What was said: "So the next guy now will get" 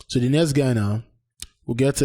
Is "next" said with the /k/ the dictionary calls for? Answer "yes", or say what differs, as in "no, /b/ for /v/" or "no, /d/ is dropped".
no, /k/ is dropped